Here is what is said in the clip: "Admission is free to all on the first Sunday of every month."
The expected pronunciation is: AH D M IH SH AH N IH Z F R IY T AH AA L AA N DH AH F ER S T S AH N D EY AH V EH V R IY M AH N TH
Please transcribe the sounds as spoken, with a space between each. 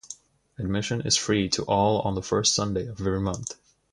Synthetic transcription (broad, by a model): AH D M IH SH AH N IH Z F R IY T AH AA L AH N DH AH F ER S T S AH N D EY AH V EH V R IY M AH N TH